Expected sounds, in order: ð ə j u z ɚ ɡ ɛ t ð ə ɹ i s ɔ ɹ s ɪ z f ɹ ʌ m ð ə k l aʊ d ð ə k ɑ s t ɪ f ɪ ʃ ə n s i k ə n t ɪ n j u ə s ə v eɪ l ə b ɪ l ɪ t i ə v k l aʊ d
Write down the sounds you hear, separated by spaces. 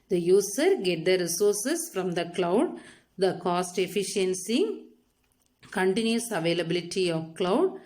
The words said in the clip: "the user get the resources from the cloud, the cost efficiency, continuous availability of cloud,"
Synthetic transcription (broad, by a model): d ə j u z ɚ ɡ ɛ t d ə ɹ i s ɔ ɹ s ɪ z f ɹ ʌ m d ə k l aʊ d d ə k ɑ s t ɪ f ɪ ʃ ə n s i k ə n t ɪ n j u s ə v eɪ l ə b ɪ l ɪ t i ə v k l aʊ d